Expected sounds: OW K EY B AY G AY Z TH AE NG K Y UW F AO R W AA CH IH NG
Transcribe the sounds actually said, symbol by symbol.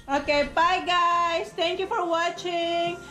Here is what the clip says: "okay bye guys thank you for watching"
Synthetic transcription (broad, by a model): OW K EY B AY G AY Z T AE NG K Y UW F AO R W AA CH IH NG